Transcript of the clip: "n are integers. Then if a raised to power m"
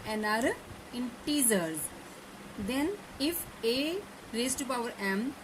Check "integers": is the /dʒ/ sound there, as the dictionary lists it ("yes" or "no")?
no